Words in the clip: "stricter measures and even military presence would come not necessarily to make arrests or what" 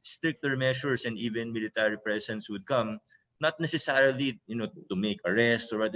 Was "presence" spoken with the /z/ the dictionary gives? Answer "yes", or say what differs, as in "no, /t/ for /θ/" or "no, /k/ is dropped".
no, /s/ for /z/